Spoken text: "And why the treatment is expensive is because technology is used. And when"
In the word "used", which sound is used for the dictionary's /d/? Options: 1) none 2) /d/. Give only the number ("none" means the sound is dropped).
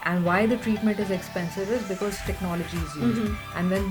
1